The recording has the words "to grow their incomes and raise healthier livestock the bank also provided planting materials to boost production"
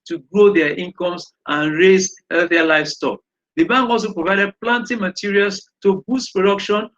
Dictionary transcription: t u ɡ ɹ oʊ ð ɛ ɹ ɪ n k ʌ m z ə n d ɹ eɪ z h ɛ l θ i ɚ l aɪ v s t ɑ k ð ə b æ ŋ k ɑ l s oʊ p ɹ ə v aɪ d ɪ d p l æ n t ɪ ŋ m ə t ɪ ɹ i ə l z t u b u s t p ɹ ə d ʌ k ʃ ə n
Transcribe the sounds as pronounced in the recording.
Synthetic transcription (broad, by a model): t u ɡ ɹ oʊ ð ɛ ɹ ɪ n k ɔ m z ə n ɹ eɪ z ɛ θ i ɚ l aɪ f s t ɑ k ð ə b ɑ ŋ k ɑ l s oʊ p ɹ ə v aɪ d ɪ d p l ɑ n t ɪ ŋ m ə t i ɹ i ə l s t u b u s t p ɹ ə d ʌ k ʃ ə n